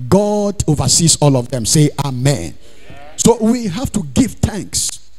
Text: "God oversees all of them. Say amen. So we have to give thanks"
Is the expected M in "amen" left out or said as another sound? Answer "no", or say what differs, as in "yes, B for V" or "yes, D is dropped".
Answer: no